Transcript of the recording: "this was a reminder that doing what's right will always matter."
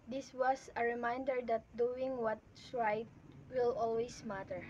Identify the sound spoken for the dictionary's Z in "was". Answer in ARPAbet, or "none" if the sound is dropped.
S